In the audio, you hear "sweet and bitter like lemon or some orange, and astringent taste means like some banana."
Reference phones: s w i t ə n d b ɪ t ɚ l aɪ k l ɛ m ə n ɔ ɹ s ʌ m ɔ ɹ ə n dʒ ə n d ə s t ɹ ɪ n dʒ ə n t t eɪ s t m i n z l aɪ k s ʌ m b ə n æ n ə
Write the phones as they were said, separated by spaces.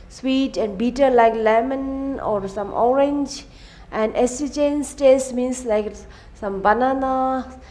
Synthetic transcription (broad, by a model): s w i t ə n d b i t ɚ l aɪ k l ɛ m ə n ɔ ɹ s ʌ m ɔ ɹ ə n dʒ ə n d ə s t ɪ dʒ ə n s t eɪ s m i n s l aɪ k s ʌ m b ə n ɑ n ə